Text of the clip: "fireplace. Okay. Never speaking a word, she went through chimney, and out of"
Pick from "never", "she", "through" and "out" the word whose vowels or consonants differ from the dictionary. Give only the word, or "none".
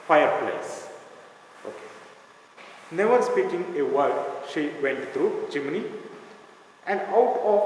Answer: through